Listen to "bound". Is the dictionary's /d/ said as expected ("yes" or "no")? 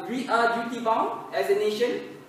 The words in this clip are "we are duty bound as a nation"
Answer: no